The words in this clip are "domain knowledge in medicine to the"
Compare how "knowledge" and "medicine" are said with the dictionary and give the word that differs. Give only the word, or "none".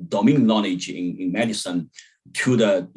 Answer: knowledge